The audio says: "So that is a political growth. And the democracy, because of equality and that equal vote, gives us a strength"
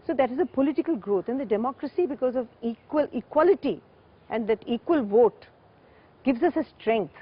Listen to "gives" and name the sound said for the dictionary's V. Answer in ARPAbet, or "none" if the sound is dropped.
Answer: V